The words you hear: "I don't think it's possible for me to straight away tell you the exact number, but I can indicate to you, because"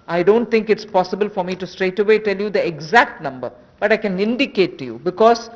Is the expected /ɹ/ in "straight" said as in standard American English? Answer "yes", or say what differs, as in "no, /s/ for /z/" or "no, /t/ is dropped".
yes